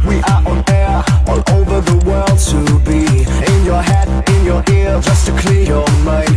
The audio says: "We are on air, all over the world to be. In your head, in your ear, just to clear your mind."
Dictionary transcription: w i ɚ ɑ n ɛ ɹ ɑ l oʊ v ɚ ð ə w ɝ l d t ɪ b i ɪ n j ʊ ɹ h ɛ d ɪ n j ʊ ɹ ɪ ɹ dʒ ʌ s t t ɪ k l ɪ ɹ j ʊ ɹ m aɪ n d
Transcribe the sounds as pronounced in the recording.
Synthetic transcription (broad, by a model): w i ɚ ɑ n ɛ ɹ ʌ n oʊ v ɚ ð ə w ɝ l d t ɪ b i ɪ n j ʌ ɹ h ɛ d ɪ n j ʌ ɹ ɪ ɹ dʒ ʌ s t t ɪ k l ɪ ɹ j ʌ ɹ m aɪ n